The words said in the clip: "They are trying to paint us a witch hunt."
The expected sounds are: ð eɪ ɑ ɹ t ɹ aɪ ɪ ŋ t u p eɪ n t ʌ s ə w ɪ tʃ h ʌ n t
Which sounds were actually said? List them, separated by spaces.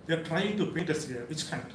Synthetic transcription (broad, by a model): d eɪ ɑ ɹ t ɹ aɪ ɪ ŋ t u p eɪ t ʌ s ə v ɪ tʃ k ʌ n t